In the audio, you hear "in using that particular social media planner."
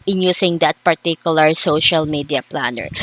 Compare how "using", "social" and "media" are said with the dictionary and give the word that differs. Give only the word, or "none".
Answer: using